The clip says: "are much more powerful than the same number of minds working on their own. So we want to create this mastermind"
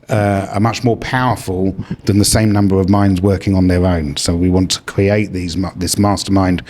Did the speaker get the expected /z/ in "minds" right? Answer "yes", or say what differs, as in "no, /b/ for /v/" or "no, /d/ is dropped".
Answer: yes